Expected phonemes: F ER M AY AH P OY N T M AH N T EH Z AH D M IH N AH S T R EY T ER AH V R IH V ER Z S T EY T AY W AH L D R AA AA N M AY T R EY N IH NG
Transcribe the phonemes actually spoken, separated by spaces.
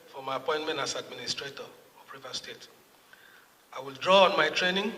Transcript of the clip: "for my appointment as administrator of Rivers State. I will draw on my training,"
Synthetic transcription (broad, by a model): F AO M AY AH P OY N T M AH N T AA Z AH D M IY N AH S T R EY T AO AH P R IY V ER S T EY T AY W AH L D R AA AA N M AY T R EY N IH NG